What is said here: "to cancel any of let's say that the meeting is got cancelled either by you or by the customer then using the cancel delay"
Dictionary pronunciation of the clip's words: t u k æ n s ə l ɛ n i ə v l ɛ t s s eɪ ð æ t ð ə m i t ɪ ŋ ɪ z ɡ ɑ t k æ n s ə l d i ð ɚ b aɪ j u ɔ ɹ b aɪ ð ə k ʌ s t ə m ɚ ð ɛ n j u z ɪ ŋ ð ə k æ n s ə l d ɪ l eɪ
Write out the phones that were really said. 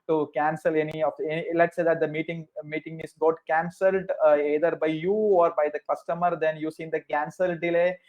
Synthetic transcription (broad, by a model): t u k æ n s ə l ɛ n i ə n l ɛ t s s eɪ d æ t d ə m i t ɪ ŋ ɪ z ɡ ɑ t k æ n s ə l d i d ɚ b aɪ j u ɔ ɹ b aɪ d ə k ʌ s t ə m ɚ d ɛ n j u s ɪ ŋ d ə k æ n s ə l d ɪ l eɪ